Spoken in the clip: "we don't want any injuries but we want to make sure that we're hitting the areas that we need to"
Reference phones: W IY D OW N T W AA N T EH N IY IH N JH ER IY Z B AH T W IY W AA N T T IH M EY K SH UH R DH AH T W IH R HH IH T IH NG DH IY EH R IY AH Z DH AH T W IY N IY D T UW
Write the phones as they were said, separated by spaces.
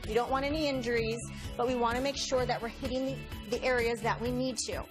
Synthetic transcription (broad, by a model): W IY D OW N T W AA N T EH N IY IH N JH ER IY Z B AH T W IY W AA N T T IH M EY K SH UH R DH AH T W IH R HH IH T IH NG DH IY EH R IY AH Z DH AH T W IY N IY D T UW